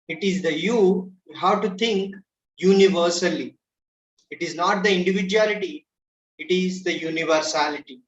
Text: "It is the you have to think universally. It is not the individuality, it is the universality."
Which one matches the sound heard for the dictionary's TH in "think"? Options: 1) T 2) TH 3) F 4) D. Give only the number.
1